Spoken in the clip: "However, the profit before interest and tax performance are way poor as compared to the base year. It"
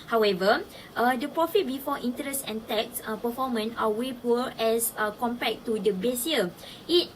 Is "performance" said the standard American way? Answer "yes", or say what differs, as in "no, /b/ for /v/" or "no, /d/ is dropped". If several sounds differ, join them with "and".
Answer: no, /s/ is dropped